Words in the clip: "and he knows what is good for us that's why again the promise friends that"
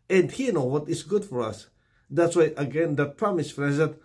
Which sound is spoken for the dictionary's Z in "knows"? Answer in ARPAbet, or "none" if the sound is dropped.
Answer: none